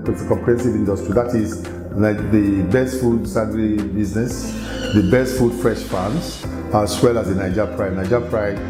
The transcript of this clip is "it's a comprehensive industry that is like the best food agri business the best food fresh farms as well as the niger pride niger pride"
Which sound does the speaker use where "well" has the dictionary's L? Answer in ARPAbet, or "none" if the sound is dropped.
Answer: L